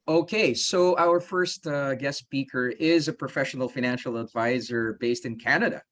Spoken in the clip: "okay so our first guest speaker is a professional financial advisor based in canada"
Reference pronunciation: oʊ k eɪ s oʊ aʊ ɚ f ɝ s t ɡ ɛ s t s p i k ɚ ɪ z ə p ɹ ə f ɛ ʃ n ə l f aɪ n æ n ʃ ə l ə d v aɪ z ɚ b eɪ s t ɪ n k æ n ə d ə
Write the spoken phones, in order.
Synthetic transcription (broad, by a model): oʊ k eɪ s oʊ aʊ ɚ f ɝ s t ɡ ɛ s s p i k ɚ ɪ z ə p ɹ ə f ɛ ʃ n l f aɪ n æ n ʃ l ə d v aɪ z ɚ b eɪ s t ɪ n k æ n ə d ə